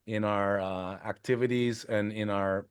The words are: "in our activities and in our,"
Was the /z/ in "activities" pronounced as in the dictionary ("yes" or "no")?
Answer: yes